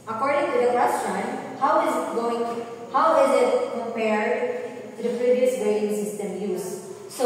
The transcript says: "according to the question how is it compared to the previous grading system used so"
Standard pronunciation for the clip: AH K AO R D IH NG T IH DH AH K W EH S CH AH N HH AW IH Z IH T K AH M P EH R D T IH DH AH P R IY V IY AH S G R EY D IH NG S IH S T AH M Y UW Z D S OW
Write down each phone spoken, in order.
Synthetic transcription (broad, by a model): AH K AO R D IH NG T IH DH AH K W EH S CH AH N HH AW IH Z IH T K AH M P EH R D T IH DH AH P R IY V IY AH S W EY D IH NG S IH S T AH M Y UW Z S OW